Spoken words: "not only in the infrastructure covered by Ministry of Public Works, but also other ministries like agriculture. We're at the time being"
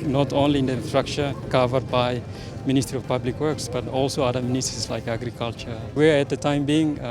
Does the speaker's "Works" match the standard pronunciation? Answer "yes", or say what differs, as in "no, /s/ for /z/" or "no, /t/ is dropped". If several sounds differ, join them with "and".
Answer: yes